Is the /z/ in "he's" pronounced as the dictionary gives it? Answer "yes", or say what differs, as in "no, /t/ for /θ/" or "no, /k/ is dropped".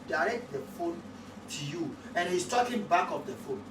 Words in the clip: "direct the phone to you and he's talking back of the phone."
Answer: no, /s/ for /z/